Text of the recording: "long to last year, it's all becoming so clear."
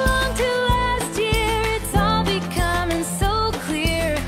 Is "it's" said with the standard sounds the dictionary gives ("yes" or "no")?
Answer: yes